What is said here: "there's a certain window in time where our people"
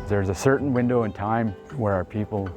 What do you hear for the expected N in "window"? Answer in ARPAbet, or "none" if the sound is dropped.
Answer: N